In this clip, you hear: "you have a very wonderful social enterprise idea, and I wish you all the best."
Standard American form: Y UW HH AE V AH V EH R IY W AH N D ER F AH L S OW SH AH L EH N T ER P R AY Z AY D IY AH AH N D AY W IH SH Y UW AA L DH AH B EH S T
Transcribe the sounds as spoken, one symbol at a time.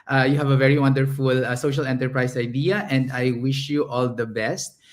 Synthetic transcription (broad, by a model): Y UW HH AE V AH V EH R IY W AH N D ER F AH L S OW SH AH L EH N T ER P R AY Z AY D IY AH AH N D AY W IH SH Y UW AA L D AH B EH S T